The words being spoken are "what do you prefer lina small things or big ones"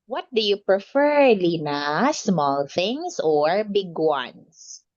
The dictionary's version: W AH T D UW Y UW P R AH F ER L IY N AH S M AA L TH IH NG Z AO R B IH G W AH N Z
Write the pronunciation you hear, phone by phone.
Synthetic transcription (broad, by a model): W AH T D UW Y UW P R AH F ER L IY N AH S M AA L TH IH NG S AO R B IH G W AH N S